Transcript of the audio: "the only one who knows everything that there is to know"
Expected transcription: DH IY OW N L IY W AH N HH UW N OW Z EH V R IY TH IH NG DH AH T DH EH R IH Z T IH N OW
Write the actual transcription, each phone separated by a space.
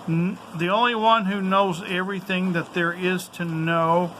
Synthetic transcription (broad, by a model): DH IY OW N L IY W AH N HH UW N OW Z EH V R IY TH IH NG DH AH T DH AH R IH Z T IH N OW